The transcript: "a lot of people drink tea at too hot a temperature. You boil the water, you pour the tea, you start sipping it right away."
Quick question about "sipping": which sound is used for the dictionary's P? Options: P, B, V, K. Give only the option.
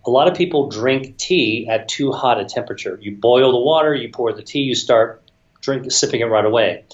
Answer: P